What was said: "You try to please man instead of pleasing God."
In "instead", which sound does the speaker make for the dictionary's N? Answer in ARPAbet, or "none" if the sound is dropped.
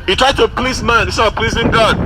none